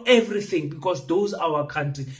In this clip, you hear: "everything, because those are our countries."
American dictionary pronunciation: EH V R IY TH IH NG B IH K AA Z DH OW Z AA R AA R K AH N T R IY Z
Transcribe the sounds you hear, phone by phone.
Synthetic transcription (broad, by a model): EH V R IY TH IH NG B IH K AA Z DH OW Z AA W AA K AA N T R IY